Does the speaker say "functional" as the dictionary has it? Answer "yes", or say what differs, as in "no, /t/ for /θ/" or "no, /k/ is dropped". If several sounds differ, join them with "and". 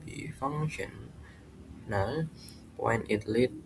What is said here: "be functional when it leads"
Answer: no, /k/ is dropped